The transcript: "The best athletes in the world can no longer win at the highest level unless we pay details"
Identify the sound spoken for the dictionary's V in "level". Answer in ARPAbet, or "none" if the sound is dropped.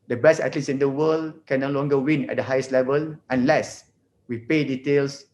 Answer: V